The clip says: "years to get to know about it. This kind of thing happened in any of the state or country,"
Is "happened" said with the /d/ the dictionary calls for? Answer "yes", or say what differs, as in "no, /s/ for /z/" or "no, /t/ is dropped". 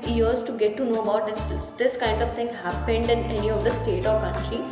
yes